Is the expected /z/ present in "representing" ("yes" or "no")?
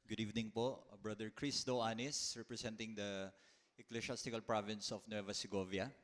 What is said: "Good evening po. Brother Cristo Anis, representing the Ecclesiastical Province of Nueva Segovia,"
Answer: no